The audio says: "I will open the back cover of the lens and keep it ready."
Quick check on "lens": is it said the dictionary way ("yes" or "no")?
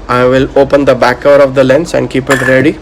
no